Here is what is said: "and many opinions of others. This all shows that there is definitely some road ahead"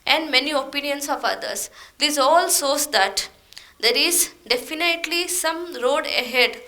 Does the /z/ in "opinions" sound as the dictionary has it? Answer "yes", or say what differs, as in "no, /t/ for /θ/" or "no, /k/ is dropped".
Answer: no, /s/ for /z/